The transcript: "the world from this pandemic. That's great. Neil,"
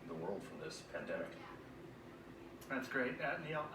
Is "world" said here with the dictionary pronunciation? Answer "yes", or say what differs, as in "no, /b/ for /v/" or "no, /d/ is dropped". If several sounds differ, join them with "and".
yes